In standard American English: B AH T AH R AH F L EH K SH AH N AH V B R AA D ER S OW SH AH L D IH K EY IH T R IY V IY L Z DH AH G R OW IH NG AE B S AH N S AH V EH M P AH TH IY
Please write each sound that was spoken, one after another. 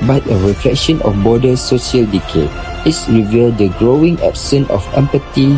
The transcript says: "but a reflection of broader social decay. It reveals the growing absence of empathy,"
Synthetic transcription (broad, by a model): B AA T AH R AH F L EH K SH AH N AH F B AA D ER S OW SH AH L D IH K EY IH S R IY V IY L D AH G R OW IH NG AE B S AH N AH F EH M P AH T IY